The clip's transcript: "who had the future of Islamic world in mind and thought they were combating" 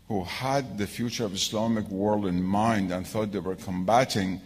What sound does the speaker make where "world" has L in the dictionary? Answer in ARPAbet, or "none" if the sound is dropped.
L